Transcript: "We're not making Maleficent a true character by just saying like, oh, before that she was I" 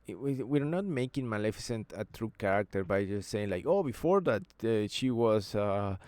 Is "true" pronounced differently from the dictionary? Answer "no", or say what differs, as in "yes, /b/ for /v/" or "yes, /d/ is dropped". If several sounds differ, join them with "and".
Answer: no